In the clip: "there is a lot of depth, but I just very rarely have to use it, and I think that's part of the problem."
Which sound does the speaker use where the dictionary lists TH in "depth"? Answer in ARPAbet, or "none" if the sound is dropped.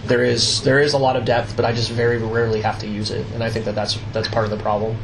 TH